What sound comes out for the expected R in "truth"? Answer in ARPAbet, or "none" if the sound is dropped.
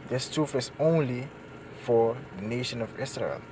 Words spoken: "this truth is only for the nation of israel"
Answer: none